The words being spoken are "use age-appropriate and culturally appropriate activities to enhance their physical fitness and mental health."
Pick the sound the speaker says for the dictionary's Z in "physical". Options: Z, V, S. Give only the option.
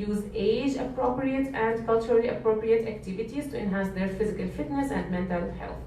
Z